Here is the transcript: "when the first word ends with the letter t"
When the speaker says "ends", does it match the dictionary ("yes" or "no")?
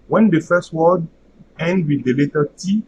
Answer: no